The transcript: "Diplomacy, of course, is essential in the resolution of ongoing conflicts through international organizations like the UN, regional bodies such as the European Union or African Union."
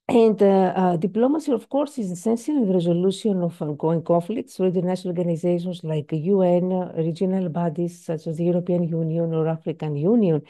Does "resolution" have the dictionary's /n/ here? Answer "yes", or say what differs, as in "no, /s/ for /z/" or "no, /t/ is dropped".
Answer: no, /n/ is dropped